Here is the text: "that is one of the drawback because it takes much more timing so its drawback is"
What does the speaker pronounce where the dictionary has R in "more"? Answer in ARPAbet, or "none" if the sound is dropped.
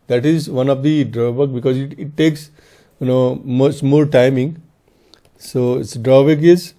L